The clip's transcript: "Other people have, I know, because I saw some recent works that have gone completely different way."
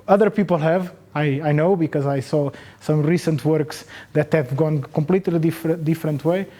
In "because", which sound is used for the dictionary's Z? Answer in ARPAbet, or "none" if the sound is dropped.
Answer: Z